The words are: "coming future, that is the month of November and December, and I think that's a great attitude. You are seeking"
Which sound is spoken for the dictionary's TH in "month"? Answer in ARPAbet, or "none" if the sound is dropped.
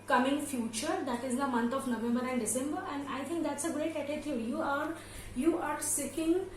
T